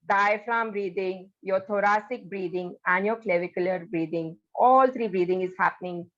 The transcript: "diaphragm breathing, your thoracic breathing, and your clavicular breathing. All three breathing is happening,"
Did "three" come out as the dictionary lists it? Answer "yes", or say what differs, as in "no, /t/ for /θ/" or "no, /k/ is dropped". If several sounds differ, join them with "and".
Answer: no, /t/ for /θ/